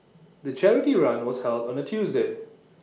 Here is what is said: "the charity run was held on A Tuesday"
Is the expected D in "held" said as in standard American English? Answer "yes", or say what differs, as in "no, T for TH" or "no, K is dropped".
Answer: yes